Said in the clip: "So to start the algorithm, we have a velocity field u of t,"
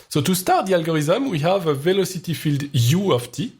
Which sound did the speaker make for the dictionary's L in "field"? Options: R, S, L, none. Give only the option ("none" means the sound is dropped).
L